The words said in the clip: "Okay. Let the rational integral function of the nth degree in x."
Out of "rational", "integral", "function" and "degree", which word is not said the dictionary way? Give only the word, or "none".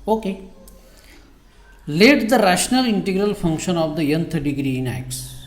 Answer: none